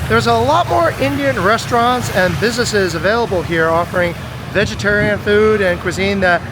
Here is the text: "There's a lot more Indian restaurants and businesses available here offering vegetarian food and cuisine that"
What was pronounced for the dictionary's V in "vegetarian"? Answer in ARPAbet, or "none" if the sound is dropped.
V